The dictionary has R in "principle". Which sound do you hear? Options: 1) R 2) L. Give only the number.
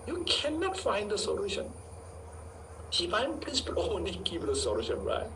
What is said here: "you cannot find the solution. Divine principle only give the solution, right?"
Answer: 2